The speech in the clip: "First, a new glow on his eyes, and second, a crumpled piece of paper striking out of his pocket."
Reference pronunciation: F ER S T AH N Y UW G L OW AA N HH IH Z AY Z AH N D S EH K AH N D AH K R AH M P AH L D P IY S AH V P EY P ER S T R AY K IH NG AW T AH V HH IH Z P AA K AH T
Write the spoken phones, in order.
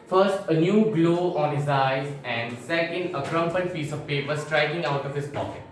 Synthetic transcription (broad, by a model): F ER S T AH N Y UW G L OW AA N HH IH Z AY Z AH N D S EH K AH N D AH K R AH M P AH N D F IY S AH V P EY P ER S T R AY K IH NG AW T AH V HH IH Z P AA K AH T